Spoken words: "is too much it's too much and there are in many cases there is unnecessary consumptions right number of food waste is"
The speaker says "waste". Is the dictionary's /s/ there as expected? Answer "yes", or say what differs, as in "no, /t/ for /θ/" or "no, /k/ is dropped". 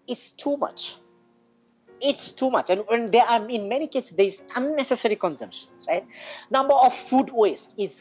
yes